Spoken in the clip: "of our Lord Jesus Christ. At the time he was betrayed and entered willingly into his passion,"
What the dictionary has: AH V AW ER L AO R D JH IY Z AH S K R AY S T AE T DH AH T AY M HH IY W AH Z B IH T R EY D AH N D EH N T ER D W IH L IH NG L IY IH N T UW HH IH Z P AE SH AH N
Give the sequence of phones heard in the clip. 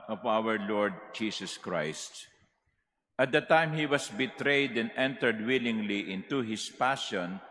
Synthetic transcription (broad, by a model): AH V AW ER L AO R D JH IY S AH S K R AY S T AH T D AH T AY M HH IY W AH S B IH T R EY D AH N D EH N T ER D W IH L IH NG L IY IH N T UW HH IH S P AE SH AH N